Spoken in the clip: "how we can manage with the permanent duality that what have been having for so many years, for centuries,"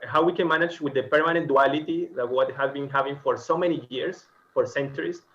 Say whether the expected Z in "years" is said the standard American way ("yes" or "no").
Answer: no